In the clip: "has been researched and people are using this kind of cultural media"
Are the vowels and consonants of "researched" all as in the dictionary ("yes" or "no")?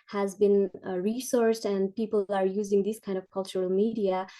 no